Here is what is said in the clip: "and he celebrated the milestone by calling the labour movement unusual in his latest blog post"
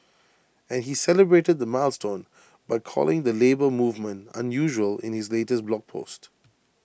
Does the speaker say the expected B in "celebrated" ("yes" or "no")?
yes